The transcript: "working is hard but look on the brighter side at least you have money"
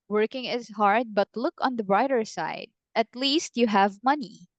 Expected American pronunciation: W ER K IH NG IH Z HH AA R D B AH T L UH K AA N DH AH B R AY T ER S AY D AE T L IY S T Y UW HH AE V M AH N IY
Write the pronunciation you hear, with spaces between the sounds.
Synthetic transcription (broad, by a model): W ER K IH NG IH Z HH AA R D B AH T L UH K AA N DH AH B R AY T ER S AY D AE T L IY S T Y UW HH AE V M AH N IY